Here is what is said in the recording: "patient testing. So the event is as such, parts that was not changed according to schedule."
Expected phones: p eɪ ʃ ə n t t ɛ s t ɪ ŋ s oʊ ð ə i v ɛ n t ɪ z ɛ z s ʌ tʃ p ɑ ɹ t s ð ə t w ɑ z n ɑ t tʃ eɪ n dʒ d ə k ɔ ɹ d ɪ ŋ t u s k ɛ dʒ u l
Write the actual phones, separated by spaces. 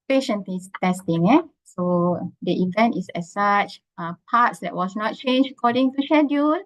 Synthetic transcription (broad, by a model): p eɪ ʃ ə n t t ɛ s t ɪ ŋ s oʊ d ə i v ɛ n t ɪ s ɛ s s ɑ tʃ p ɑ t s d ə t w ɑ s n ɑ t tʃ eɪ n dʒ ə k ɔ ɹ d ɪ ŋ t u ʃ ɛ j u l